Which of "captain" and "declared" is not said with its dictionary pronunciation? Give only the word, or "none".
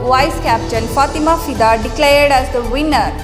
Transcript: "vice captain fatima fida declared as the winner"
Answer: captain